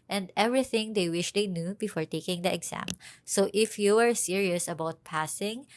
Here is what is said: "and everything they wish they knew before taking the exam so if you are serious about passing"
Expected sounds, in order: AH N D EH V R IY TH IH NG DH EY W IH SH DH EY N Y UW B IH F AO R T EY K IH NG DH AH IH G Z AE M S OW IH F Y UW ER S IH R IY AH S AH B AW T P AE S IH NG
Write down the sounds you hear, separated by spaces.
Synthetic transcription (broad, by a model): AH N D EH V R IY TH IH NG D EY W IH SH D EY N Y UW B IH F AO R T EY K IH NG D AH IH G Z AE M S OW IH F Y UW ER S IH R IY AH S AH B AW T P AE S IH NG